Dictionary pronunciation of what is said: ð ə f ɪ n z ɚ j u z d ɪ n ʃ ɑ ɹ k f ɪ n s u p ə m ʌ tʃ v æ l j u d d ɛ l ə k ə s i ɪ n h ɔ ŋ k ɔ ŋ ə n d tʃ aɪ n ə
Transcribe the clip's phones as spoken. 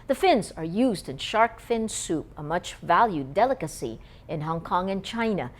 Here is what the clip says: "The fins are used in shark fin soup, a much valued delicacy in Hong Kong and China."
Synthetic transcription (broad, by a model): ð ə f ɪ n z ɚ j u z d ɪ n ʃ ɑ ɹ k f ɪ n s u p ə m ʌ tʃ v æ l j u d d ɛ l ə k ə s i ɪ n h ɔ ŋ k ɔ ŋ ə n tʃ aɪ n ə